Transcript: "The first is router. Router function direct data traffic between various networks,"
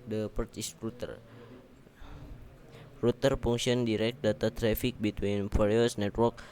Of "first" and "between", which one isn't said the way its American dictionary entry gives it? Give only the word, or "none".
first